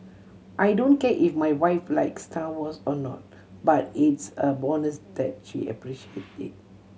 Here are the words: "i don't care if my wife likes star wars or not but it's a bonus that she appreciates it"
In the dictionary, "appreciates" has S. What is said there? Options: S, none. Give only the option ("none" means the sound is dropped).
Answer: none